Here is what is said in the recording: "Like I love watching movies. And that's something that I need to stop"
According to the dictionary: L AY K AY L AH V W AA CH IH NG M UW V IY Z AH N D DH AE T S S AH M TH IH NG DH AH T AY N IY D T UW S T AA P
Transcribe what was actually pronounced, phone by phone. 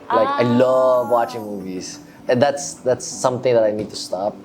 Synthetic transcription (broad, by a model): L AY K AY L AH V W AA CH IH NG M UW V IY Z AH N D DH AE T S S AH M T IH NG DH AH T AY N IY D T UW S T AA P